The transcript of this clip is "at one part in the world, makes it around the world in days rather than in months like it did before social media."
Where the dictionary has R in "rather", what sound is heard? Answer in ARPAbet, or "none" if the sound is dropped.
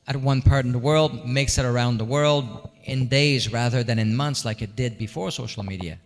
R